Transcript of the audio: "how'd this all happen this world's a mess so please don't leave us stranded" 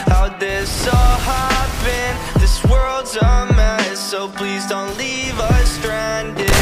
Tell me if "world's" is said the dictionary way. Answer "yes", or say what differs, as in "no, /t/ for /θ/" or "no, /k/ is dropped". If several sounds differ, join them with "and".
yes